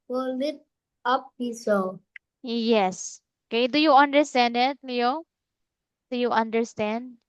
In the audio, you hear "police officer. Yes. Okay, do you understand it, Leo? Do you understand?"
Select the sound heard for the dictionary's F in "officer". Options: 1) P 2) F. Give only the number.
1